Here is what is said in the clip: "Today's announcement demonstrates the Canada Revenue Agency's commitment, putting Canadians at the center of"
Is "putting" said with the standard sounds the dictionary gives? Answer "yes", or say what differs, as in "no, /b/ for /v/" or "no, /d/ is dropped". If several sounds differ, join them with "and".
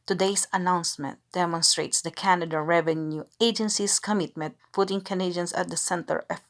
no, /f/ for /p/